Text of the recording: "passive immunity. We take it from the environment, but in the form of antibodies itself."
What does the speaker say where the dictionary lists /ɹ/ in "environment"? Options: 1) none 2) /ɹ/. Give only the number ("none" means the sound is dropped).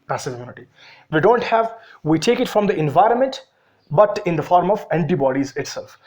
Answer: 2